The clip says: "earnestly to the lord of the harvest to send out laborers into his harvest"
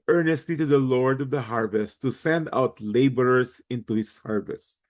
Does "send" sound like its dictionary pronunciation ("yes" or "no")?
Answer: yes